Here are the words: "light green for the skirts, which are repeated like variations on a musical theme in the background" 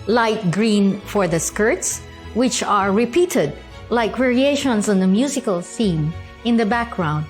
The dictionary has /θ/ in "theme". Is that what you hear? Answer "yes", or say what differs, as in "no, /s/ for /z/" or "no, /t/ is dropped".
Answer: no, /s/ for /θ/